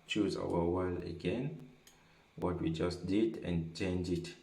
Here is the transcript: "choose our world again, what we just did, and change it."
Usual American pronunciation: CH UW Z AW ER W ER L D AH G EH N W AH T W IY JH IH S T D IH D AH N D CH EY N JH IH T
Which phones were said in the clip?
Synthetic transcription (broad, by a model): CH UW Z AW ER W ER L AH G EH N W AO T W IY JH IH S T D IH D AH N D CH EY N JH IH T